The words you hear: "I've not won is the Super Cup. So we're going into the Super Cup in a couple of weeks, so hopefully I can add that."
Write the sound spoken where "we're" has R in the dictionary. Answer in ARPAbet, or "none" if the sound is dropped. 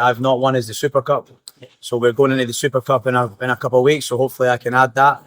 R